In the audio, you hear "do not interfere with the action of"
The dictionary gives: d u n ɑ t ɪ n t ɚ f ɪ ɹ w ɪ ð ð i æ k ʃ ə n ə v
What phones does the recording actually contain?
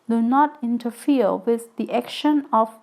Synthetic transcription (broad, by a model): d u n ɑ t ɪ n t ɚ f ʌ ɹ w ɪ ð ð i æ k ʃ ə n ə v